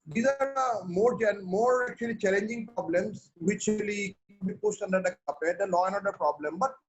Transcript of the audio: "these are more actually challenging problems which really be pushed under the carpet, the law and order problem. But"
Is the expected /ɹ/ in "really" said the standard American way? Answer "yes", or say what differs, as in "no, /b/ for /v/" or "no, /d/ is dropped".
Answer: no, /l/ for /ɹ/